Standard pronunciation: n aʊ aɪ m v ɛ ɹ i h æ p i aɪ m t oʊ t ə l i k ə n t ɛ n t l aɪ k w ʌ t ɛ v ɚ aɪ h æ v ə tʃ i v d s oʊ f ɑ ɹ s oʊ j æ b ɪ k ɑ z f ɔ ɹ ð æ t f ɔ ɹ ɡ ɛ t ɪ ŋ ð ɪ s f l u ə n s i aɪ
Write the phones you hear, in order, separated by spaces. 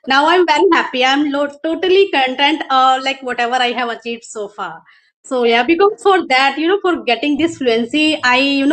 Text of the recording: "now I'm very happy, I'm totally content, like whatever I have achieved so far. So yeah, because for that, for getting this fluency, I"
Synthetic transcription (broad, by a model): n aʊ aɪ m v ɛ ɹ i h æ p i aɪ m t oʊ t ə l i k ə n t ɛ n t l aɪ k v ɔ t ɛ v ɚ aɪ h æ v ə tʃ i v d s oʊ f ɑ ɹ s oʊ j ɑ b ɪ k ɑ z f ɔ ɹ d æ t f ɔ ɹ ɡ ɛ t ɪ ŋ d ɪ s f l u ə n s i aɪ